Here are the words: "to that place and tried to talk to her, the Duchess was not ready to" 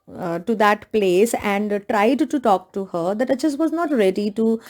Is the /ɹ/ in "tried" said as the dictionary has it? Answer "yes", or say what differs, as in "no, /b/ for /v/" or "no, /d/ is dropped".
yes